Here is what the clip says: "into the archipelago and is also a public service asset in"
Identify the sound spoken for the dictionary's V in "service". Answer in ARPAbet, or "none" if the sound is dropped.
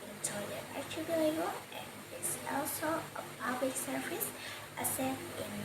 F